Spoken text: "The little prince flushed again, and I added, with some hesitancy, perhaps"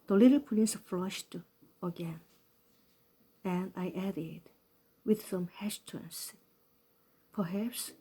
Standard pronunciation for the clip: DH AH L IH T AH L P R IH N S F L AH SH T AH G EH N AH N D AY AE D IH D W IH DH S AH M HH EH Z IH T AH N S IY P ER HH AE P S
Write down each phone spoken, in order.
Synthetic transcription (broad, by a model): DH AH L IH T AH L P L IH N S F L AH SH T AH G EH N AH N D AY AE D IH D W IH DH S AH M HH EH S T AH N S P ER HH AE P S